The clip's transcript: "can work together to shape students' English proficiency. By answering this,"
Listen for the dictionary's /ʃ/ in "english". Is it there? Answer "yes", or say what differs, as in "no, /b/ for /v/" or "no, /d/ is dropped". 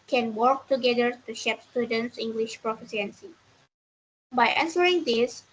yes